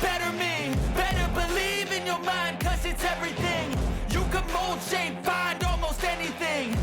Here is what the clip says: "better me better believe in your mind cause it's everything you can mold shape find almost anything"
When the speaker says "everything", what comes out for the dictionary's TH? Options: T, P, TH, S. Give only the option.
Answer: TH